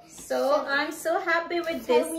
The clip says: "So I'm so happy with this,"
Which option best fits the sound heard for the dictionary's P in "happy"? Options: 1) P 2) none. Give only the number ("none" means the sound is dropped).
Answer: 1